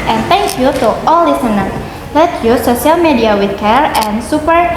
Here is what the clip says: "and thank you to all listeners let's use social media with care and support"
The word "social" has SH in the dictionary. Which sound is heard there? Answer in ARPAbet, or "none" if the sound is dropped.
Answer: none